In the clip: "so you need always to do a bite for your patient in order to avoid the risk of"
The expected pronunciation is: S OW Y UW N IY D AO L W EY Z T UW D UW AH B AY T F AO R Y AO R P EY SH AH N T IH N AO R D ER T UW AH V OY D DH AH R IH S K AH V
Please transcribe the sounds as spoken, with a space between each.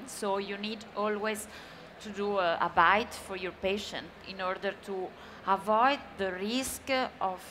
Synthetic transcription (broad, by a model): S OW Y UW N IY D AO L W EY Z T UW D UW AH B AY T F AO R Y AO R P EY SH AH N T IH N AO R D ER T UW AH V OY D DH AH R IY S K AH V